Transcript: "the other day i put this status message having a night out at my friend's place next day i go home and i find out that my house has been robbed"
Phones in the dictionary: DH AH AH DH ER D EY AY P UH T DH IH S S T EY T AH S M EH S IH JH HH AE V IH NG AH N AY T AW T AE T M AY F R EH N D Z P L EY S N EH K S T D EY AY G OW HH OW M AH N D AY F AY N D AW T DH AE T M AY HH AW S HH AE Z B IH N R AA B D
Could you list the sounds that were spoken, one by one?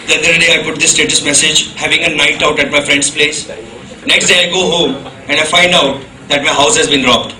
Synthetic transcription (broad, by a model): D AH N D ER D EY AY P UH T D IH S S T EY T AH S M EH S IH JH HH AE V IH NG AH N AY T AW T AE T M AY F R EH N D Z P L EY S N EH K S T D EY AY G OW HH OW M AH N D AY F AY N D AW T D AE T M AY HH AW S HH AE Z B IH N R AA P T